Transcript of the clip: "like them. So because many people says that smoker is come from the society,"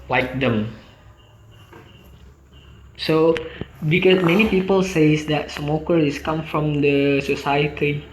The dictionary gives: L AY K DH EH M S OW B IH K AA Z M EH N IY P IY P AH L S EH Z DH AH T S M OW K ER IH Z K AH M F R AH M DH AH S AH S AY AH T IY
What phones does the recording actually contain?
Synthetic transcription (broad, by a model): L AY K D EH M S OW B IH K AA S M EH N IY P IY P AH L S EH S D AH T S M OW K ER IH S K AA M F R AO M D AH S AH S AY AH T IY